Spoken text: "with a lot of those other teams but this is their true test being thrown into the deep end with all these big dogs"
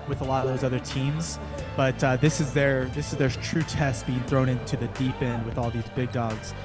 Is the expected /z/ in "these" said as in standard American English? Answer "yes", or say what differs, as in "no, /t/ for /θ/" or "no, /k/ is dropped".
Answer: yes